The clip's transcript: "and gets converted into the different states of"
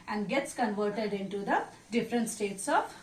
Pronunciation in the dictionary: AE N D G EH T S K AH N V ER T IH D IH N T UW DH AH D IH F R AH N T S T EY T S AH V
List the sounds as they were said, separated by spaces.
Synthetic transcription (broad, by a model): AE N D G EH T S K AH N V ER T IH D IH N T UW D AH D IH F R AH N T S T EY T S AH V